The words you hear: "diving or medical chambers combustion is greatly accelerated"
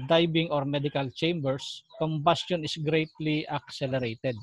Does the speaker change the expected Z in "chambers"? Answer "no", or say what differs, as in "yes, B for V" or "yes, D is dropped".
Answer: yes, S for Z